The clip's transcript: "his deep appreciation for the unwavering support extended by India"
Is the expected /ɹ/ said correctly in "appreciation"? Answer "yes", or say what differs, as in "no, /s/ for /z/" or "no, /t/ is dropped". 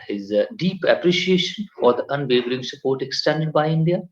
yes